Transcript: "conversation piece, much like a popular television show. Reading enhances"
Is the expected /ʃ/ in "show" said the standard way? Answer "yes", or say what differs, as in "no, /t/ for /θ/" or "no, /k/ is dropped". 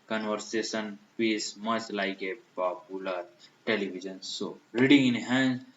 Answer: no, /s/ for /ʃ/